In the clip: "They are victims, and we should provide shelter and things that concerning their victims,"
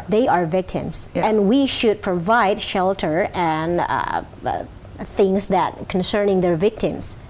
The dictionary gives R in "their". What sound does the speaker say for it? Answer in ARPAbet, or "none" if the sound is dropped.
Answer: R